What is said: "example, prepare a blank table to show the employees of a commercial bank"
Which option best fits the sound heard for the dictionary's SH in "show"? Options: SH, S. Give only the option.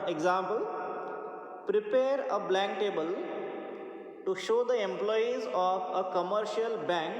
SH